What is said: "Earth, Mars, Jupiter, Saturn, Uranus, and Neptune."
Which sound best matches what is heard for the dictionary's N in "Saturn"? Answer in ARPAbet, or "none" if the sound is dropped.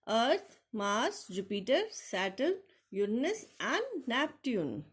L